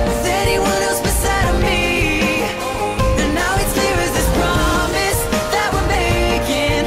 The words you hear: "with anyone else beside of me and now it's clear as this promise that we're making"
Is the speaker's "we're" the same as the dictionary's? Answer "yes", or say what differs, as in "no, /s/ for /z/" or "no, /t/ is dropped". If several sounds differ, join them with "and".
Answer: no, /l/ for /ɹ/